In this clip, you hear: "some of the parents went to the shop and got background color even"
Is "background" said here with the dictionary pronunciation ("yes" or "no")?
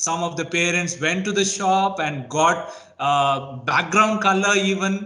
yes